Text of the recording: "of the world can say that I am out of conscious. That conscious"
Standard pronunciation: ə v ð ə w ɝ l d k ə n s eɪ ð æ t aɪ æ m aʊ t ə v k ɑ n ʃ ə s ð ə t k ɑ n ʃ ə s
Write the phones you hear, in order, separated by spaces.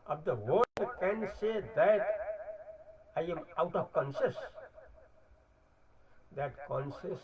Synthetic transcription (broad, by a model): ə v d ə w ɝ d k ə n s eɪ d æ t aɪ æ m aʊ t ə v k ɑ n ʃ ə s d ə t k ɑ n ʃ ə s